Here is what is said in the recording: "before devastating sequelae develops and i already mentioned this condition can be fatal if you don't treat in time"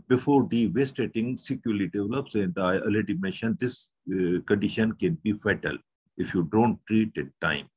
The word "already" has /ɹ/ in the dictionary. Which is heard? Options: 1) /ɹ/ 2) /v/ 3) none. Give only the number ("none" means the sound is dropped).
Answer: 3